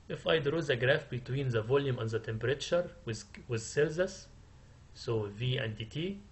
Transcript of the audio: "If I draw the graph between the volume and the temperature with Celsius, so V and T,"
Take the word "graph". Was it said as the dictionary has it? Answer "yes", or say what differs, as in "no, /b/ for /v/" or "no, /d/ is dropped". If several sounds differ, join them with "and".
yes